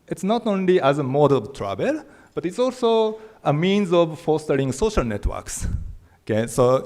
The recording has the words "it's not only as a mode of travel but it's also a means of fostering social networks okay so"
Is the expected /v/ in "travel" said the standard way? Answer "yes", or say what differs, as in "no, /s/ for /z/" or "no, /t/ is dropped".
no, /b/ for /v/